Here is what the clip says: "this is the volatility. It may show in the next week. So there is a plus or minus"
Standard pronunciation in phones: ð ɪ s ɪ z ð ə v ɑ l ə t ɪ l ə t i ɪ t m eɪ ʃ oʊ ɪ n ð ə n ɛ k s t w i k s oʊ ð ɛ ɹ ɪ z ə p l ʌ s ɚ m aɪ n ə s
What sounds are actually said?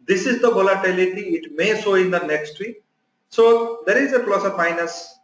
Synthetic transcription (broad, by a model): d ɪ s ɪ z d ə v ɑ l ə t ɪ l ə t i ɪ t m eɪ s oʊ ɪ n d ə n ɛ k s t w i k s oʊ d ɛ ɹ ɪ z ə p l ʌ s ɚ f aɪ n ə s